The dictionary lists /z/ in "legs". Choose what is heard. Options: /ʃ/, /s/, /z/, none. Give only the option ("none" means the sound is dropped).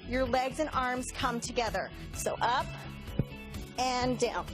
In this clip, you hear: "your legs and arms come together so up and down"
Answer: /z/